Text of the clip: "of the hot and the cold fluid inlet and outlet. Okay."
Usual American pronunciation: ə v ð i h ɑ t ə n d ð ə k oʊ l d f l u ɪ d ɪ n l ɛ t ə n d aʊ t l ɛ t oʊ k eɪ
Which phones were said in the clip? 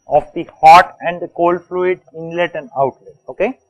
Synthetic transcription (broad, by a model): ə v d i h ɑ t ə n d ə k oʊ l f l u ɪ d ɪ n l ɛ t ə n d aʊ t l ɛ t oʊ k eɪ